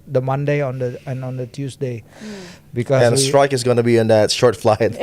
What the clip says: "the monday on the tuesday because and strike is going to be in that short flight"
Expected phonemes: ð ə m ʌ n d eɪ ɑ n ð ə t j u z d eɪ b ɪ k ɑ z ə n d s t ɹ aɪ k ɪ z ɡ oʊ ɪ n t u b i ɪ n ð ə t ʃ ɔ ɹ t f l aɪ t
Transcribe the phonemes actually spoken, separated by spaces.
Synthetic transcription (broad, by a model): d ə m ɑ n d eɪ ɑ n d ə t j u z d eɪ b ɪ k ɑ ə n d s t ɹ aɪ k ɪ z ɡ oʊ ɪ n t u b i ɪ n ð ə t ʃ ɔ ɹ t f l aɪ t